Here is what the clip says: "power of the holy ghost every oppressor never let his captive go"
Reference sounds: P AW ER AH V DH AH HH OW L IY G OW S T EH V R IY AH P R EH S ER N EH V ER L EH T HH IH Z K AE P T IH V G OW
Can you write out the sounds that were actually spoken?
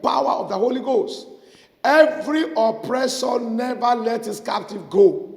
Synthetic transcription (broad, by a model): P AW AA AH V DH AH HH OW L IY G OW S T EH V R IY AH P R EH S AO N EH V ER L EH T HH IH S K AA P T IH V G OW